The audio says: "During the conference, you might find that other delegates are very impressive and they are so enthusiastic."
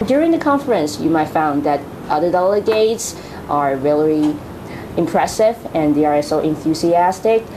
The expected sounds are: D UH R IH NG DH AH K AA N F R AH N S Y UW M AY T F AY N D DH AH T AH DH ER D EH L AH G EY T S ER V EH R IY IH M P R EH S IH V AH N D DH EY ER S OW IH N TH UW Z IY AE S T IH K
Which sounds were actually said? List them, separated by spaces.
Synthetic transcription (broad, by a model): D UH R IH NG DH AH K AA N F R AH N S Y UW M AY T F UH N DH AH T AH DH ER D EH L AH G EY T S ER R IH L IY IH M P R EH S IH V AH N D DH EY ER S OW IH N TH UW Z IY AE S T IH K